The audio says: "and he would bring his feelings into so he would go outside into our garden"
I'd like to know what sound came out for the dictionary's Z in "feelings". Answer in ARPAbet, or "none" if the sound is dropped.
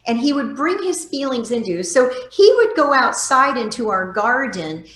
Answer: Z